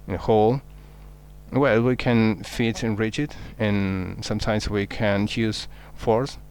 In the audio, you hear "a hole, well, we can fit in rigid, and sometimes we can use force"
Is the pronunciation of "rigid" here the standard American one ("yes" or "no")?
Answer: no